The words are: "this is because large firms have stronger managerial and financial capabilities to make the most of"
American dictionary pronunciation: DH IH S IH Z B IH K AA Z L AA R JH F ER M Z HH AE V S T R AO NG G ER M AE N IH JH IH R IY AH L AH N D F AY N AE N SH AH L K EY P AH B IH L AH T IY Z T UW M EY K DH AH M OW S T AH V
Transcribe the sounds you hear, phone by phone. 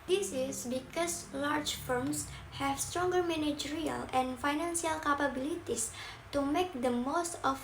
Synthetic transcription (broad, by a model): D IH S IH S B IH K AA S L AA R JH F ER M S HH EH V S T R AO NG G ER M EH N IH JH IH R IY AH L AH N F AY N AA N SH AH L K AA P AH B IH L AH T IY S T UW M EY K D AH M OW S T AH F